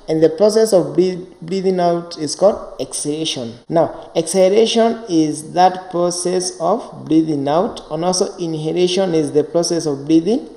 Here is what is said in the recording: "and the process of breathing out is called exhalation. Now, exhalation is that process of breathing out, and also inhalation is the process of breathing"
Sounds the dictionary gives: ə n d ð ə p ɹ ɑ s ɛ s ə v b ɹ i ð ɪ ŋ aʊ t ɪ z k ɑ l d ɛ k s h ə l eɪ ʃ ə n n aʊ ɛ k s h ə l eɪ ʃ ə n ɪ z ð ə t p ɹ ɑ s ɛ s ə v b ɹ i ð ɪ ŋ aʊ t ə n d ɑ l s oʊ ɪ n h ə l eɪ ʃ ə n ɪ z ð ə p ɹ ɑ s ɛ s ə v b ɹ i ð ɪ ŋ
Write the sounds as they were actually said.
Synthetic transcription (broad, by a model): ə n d ð ə p ɹ ɑ s ɛ s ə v b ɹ i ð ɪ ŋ aʊ t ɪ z k ɑ l d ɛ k s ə eɪ ʃ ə n n aʊ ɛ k s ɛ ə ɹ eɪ ʃ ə n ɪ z ð ə t p ɹ ɑ s ɛ s ə v b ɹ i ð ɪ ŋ aʊ t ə n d ɑ l s oʊ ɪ n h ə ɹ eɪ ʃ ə n ɪ z ð ə p ɹ ɑ s ɛ s ə v b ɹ i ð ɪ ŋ